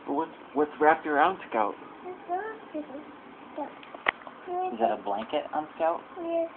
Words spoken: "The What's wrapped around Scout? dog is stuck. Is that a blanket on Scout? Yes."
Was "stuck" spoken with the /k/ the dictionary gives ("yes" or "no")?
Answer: no